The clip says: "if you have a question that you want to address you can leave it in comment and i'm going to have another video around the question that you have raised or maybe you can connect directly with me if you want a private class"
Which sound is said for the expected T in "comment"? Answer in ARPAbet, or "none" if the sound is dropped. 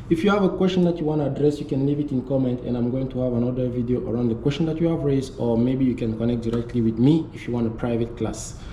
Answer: T